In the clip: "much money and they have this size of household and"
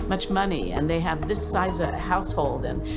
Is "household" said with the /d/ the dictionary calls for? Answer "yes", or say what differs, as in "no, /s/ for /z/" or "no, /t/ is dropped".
yes